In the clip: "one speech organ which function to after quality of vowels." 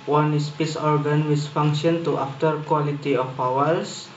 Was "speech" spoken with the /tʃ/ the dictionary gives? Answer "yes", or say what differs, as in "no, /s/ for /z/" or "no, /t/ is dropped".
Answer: no, /s/ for /tʃ/